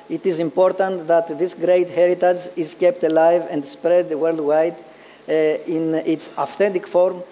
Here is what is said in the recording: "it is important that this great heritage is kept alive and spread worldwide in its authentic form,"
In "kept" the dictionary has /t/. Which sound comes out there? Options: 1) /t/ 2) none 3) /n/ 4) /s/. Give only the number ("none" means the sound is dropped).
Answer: 1